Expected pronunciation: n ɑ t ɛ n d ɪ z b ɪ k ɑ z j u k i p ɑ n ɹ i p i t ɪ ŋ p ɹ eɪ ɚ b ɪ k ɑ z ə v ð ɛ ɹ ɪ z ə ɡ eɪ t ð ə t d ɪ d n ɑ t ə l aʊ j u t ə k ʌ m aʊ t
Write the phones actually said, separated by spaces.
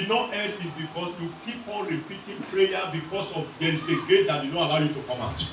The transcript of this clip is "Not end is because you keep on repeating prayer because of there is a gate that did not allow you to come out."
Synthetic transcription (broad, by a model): n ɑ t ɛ d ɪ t b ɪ k ɑ s j u k i p ɑ n ɹ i p i t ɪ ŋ p ɹ eɪ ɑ b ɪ k ɑ s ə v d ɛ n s ə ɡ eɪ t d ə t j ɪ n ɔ ə l aʊ j u t ə k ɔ m aʊ t